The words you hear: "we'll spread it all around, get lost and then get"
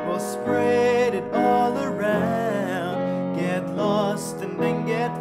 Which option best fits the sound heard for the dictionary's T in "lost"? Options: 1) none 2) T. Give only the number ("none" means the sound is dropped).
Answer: 2